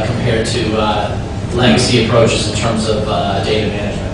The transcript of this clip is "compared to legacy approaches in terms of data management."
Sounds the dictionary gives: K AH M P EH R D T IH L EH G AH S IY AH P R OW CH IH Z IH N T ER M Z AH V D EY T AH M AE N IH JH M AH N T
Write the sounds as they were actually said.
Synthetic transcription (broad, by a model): K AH M P EH R D T IH L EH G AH S IY AH P R OW CH IH Z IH N T ER M Z AH V D EY T AH M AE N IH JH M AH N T